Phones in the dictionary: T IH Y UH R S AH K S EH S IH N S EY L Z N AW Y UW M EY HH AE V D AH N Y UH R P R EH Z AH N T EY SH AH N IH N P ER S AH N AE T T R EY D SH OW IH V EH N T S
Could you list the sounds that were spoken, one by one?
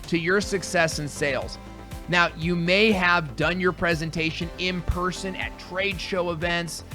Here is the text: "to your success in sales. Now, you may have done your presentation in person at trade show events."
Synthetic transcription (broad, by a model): T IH Y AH R S AH K S EH S IH N S EY L Z N AW Y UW M EY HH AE V D AH N Y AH R P R EH Z AH N T EY SH AH N IH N P ER S AH N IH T T R EY D SH OW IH V EH N T S